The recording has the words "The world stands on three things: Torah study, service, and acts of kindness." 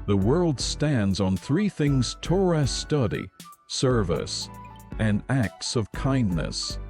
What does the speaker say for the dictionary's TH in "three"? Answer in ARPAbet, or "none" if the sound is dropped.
TH